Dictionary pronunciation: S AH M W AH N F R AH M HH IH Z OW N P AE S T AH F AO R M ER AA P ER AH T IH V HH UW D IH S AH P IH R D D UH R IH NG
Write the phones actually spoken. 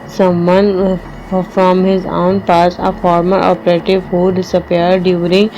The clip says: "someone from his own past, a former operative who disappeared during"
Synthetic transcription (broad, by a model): S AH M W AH N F R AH M HH IH Z OW N P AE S AH F AO R M ER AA P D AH T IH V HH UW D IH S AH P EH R D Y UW R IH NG